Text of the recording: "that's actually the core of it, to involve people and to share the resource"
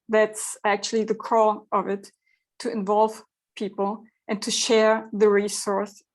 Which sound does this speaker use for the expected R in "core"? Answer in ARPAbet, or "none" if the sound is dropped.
L